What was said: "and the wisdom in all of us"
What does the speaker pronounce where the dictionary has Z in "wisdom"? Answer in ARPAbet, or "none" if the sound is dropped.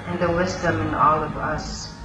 Z